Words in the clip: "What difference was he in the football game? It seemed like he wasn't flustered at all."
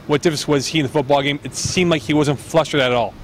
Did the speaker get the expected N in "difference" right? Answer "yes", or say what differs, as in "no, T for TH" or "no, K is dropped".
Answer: no, N is dropped